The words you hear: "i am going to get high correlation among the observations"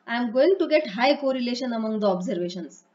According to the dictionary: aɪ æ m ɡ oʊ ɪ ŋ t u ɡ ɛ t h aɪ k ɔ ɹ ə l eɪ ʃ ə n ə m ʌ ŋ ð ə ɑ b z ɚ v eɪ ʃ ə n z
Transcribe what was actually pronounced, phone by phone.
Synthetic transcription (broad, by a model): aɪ m ɡ oʊ ɪ ŋ t u ɡ ɛ t h aɪ k ɔ ɹ ə l eɪ ʃ ə n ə m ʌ ŋ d ə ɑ b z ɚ v eɪ ʃ ə n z